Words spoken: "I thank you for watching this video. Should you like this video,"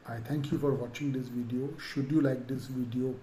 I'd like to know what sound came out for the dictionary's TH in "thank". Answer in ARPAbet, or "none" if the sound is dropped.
T